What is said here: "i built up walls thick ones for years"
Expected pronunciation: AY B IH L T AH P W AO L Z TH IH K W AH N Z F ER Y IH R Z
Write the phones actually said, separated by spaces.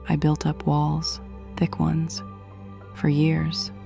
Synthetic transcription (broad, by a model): AY B IH L T AH P W AO L Z TH IH K W AH N Z F ER Y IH R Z